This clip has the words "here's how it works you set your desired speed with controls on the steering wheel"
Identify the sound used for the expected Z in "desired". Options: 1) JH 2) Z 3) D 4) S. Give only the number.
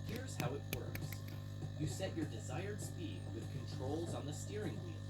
2